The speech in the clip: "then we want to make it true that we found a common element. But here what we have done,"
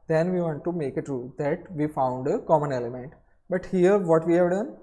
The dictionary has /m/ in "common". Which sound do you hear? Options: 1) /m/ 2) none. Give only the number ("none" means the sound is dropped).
1